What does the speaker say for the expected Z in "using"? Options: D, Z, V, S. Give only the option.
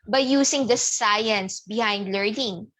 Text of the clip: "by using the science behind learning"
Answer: S